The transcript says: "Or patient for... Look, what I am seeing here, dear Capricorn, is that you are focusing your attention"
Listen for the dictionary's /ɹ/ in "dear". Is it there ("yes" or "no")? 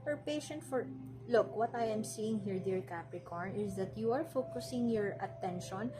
yes